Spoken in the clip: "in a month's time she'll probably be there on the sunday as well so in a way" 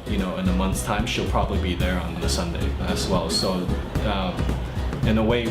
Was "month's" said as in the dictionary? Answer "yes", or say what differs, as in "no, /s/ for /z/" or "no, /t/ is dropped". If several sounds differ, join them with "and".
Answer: yes